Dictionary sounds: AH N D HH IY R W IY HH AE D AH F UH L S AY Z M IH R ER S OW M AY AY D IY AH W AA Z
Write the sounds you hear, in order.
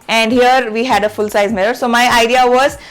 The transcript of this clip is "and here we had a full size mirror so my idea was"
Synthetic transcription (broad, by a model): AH N D HH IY R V IY HH AE D AH F UH L S AY Z M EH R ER S OW M AY AY D IY AH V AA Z